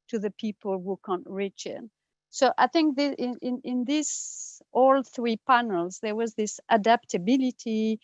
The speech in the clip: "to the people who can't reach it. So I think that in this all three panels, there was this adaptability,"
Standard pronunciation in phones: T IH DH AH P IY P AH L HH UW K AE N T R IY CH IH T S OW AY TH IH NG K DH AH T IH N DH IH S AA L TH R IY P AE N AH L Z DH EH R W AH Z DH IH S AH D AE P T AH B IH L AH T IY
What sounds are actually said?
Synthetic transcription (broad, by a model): T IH DH AH P IY P AH L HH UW K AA N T R IY CH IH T S OW AY TH IH NG K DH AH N IH N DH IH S AA L TH R IY P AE N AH L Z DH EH R W AH Z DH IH S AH D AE P T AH B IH L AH T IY